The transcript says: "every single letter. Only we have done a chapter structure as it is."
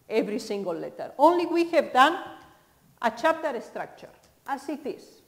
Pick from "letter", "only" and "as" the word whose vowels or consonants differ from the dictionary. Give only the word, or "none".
as